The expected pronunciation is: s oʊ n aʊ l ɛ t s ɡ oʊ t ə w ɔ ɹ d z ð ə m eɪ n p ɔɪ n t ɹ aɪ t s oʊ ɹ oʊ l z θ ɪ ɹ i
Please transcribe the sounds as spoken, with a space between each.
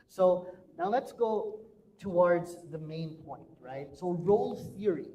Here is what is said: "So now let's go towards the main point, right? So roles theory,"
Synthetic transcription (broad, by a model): s oʊ n aʊ l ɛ t s ɡ oʊ t ə w ɔ ɹ d z ð ə m eɪ n p ɔɪ n t ɹ aɪ t s oʊ ɹ oʊ l θ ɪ ɹ i